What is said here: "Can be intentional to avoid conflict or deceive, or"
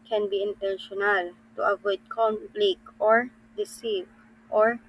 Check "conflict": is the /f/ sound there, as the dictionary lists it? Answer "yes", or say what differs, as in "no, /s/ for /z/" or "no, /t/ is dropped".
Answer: no, /f/ is dropped